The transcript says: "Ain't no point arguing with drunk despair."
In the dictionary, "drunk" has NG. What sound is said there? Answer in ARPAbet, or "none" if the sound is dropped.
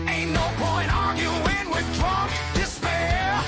none